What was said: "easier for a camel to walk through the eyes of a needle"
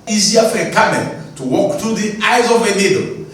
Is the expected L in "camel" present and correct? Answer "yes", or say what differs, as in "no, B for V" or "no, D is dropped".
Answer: no, N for L